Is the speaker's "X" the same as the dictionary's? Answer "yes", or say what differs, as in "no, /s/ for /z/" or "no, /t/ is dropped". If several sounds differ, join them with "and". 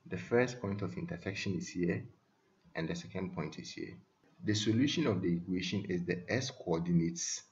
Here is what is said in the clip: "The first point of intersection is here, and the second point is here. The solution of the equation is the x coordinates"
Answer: no, /k/ is dropped